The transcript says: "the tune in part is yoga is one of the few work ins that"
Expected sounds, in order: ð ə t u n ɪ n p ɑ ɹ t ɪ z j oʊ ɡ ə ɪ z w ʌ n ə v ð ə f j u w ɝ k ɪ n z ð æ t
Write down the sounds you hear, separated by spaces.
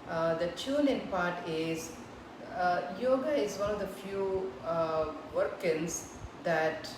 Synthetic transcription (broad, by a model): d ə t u l ɪ n p ɑ ɹ t ɪ z j oʊ ɡ ə ɪ z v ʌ n ə v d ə f j u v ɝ k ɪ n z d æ t